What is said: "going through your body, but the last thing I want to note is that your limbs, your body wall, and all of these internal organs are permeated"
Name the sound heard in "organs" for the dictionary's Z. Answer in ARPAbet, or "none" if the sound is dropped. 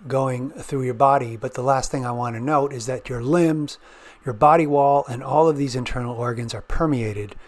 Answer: Z